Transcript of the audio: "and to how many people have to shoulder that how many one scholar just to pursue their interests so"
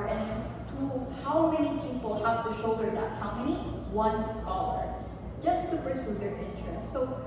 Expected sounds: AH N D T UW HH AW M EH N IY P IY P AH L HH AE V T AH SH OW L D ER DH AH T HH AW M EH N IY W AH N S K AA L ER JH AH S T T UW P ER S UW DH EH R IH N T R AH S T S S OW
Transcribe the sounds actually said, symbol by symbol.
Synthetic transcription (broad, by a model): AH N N T UW HH AW M EH N IY P IY P AH L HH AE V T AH SH OW D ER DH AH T HH AW M EH N IY W AH N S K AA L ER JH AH S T T UW P ER S UW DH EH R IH N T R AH S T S S OW